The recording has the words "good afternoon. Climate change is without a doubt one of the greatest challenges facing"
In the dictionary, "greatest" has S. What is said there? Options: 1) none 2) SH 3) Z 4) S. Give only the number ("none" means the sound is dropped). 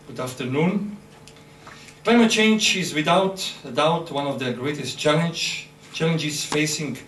4